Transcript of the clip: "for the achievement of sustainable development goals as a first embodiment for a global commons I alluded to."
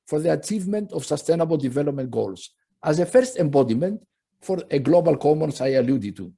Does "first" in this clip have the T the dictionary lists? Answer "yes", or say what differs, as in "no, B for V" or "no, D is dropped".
yes